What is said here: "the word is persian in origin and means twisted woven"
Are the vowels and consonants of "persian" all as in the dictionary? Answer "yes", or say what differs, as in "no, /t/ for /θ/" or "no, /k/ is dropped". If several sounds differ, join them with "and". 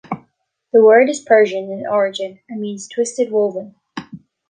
yes